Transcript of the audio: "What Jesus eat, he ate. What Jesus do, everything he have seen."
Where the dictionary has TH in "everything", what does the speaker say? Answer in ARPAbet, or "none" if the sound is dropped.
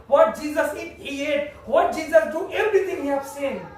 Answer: T